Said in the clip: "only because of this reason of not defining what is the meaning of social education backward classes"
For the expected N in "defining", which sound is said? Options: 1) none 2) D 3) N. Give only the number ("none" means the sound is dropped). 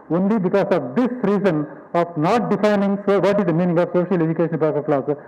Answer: 3